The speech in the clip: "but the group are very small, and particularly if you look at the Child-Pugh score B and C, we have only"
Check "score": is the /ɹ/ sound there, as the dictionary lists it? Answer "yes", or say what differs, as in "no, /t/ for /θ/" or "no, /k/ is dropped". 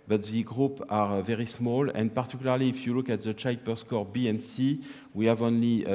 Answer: yes